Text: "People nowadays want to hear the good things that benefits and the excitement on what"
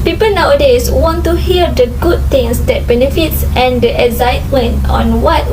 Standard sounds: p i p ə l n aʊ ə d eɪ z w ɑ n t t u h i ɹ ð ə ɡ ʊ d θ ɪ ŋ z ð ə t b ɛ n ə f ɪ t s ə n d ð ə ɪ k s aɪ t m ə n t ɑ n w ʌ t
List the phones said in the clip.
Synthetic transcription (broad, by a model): p i p ə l n aʊ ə d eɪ s w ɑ n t t u h i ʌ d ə ɡ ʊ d t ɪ ŋ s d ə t b ɛ n ə f ɪ t s ə n d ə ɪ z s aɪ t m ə n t ɑ n w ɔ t